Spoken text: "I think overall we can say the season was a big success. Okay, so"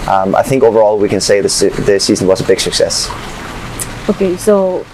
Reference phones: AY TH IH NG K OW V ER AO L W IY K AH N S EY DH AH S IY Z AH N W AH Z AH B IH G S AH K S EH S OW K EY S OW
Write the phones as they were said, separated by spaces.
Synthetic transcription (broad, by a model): AY TH IH NG K OW V ER AO L W IY K AH N S EY DH AH S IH S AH N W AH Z AH B IH G S AH K S EH S OW K EY S OW